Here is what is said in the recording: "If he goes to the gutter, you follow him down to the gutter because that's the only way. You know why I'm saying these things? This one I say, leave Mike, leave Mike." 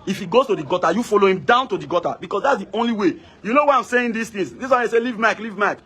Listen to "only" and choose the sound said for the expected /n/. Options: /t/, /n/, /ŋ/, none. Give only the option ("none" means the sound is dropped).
/n/